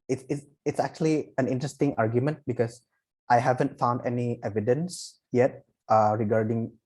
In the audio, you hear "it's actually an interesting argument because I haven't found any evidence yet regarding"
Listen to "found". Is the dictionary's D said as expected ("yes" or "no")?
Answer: yes